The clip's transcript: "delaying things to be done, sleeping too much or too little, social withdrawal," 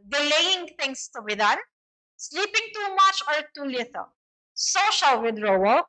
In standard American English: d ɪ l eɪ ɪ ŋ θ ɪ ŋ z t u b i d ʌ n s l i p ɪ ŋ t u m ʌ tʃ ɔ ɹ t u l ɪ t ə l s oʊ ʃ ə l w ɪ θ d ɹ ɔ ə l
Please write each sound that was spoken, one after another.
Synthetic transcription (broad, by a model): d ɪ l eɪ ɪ ŋ t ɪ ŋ s t u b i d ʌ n s l i p ɪ ŋ t u m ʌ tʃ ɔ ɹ t u l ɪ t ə s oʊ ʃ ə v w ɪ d ɹ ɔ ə